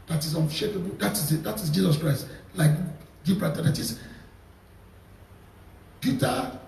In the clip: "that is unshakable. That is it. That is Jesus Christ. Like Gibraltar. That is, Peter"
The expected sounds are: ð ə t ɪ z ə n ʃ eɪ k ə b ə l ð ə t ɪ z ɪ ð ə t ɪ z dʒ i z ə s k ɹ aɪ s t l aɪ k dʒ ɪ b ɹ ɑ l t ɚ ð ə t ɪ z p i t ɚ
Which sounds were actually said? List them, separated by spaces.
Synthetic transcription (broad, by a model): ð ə t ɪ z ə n ʃ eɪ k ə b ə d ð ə t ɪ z ɪ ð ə t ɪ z dʒ i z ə s k ɹ aɪ s t l aɪ k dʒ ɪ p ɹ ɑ t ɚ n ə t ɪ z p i t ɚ